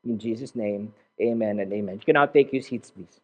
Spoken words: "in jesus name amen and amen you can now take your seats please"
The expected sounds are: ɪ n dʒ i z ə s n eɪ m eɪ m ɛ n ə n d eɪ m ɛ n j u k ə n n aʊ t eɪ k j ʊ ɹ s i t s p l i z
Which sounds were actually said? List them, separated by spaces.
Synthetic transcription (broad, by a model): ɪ n dʒ i z ə s n eɪ m eɪ m ɛ n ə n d eɪ m ɛ n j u k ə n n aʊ t eɪ k j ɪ s i t s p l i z